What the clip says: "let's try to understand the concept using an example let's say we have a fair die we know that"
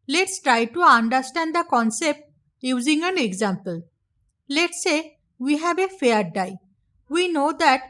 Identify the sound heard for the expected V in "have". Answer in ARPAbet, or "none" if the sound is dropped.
B